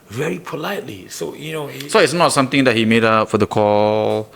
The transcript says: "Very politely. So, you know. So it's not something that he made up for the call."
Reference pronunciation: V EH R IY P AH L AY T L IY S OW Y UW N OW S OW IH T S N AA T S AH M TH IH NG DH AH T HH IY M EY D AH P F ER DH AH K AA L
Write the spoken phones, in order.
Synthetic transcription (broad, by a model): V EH R IY P AH L AY T L IY S OW Y UW N OW S OW IH T S N AA T S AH M T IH NG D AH T HH IY M EY D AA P F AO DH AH K AA L